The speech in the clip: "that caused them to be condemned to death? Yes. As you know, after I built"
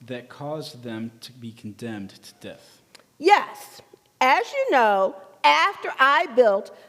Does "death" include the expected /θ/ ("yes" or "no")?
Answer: yes